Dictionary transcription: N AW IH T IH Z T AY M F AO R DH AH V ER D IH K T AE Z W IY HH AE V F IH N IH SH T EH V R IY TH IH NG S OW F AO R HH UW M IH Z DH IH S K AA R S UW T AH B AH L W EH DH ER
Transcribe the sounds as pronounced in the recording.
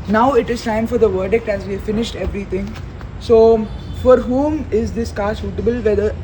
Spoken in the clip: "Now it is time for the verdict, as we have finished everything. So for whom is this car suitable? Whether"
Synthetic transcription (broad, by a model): N AW IH T IH Z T AY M F AO R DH AH V ER D IH K T AE Z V IY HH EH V F IH N IH SH T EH V R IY T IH NG S OW F AO R HH UW M IH Z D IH S K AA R S UW T AH B AH L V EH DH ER